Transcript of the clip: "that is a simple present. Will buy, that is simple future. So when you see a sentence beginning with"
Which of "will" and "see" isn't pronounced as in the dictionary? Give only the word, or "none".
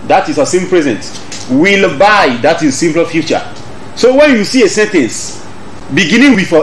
none